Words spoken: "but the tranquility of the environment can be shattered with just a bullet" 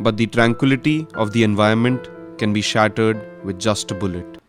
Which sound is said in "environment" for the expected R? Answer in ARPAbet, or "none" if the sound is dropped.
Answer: none